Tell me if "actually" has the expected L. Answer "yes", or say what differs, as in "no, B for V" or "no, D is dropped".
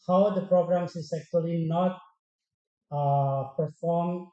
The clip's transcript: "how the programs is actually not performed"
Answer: yes